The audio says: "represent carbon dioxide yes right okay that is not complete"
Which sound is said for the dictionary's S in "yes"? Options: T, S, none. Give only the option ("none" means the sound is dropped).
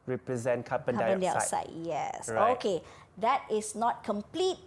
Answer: S